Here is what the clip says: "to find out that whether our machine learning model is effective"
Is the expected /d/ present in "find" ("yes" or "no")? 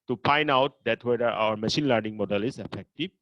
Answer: no